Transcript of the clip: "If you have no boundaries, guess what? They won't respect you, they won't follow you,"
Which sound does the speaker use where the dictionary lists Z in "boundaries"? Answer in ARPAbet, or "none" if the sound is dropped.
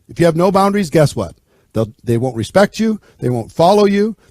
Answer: Z